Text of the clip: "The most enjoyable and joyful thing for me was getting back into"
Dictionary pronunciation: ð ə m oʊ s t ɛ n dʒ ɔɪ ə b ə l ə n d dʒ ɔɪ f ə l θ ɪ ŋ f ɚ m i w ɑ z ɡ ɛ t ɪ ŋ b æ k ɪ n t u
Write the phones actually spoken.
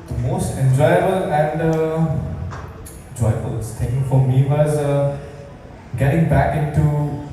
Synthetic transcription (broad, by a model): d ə m oʊ s t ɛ n dʒ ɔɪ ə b ə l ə n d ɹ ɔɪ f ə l s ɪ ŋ f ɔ m i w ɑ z ɡ ɛ t ɪ ŋ b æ k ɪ n t u